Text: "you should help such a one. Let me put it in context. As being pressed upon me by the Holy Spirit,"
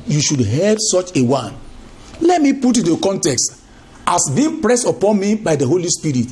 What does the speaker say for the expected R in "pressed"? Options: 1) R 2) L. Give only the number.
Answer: 1